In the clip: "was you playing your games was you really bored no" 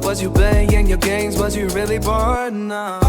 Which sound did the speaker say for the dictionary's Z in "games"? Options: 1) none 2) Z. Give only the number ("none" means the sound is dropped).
2